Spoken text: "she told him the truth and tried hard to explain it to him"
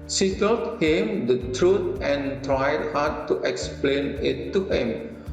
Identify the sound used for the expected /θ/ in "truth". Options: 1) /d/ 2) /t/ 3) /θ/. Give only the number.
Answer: 2